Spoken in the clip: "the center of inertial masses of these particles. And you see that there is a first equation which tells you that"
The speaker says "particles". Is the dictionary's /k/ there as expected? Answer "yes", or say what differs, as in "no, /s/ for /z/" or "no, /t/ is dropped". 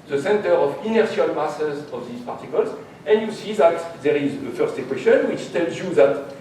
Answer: yes